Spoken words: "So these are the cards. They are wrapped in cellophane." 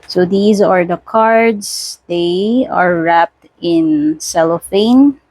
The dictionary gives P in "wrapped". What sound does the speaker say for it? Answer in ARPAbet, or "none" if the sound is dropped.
P